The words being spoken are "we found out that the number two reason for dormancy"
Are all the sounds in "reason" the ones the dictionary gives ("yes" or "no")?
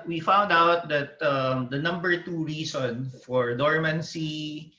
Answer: no